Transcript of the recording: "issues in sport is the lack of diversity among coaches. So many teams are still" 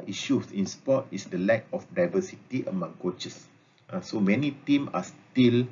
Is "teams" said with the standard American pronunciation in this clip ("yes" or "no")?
no